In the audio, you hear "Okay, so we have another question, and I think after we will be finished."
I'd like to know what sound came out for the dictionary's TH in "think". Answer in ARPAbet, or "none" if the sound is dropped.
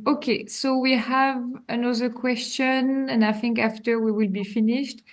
TH